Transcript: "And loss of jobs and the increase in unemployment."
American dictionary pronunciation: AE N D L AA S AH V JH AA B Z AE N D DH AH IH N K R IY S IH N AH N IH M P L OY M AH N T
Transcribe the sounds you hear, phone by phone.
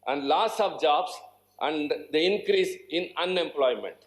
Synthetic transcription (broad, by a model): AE N D L AA S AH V JH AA B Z AE N D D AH IH N K R IY S IH N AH N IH M P L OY M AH N T